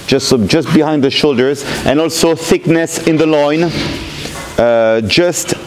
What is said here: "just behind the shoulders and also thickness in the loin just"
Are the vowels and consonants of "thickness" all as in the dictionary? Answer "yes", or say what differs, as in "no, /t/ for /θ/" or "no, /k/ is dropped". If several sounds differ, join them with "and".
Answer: yes